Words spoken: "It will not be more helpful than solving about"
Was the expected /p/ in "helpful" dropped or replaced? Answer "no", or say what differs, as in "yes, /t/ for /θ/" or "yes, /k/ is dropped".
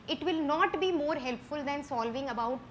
no